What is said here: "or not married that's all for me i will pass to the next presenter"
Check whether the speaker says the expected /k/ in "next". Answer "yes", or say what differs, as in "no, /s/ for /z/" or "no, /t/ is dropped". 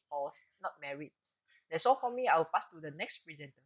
yes